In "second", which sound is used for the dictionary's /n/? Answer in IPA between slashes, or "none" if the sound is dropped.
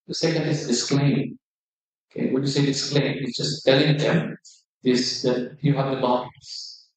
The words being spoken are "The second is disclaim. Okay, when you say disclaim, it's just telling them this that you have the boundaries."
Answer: none